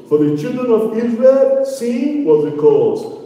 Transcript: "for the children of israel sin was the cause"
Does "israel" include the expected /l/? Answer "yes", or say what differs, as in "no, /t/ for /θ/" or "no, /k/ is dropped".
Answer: yes